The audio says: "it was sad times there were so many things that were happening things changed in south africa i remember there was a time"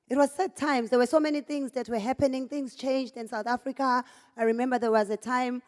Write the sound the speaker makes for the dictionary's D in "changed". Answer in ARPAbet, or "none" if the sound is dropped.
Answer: D